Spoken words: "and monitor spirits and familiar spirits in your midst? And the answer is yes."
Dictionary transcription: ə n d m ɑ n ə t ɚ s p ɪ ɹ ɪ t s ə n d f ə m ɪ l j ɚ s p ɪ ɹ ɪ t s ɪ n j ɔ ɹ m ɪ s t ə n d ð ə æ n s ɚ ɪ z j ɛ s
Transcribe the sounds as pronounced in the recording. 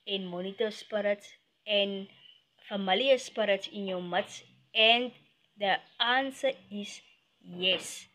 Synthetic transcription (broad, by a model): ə n m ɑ n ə t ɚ s p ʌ ɹ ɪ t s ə n f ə m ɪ l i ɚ s p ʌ ɹ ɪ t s ɪ n j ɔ w m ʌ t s ə n d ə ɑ n s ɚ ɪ s j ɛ s